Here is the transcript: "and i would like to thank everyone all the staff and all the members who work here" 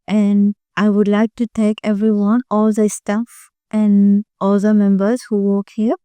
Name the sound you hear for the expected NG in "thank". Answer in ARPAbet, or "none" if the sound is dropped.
none